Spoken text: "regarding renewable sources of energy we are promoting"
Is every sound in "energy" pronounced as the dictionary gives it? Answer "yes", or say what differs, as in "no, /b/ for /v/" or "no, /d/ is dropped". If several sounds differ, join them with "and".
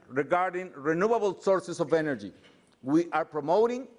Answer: yes